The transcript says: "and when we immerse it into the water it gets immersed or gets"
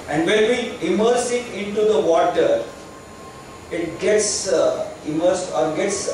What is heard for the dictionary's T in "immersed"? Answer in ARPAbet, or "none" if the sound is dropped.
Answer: none